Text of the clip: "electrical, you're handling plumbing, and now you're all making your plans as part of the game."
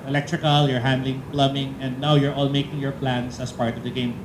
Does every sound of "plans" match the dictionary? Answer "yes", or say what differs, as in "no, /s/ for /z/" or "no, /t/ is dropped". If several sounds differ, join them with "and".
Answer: no, /s/ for /z/